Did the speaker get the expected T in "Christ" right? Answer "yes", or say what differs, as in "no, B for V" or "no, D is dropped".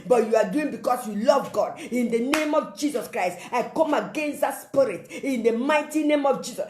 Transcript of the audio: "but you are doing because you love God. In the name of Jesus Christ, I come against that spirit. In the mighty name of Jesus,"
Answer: yes